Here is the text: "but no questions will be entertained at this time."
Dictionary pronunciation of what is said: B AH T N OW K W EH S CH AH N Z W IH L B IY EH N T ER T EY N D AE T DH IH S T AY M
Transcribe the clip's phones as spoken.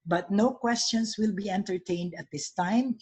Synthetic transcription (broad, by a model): B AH T N OW K W EH S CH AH N S W IH L B IY EH N T ER T EY N D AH T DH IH S T AY M